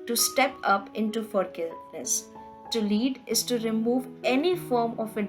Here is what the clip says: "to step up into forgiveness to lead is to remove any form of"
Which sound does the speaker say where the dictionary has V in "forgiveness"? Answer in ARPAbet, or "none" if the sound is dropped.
none